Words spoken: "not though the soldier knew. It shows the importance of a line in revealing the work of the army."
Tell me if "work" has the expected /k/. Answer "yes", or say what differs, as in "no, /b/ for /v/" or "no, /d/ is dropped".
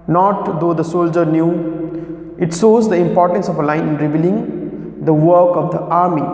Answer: yes